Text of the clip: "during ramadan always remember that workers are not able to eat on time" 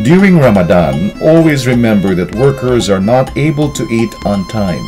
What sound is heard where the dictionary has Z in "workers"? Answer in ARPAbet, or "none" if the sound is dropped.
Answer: Z